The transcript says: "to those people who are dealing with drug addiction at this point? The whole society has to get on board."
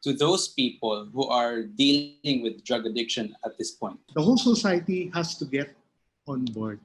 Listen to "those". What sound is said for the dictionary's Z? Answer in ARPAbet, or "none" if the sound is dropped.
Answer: S